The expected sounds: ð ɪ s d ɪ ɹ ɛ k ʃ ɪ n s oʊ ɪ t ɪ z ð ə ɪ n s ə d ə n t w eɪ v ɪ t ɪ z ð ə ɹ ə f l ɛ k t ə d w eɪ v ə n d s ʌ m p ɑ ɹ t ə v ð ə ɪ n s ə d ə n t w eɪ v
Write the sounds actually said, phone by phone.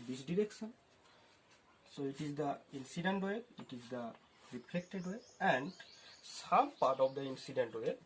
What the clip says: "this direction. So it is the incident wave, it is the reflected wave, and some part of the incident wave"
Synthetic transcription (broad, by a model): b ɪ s d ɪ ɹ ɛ k s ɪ n s oʊ ɪ t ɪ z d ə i n s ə d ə n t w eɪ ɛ ɪ t ɪ z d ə ɹ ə p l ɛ k t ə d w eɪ ə n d s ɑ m p ɑ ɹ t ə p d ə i n s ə d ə n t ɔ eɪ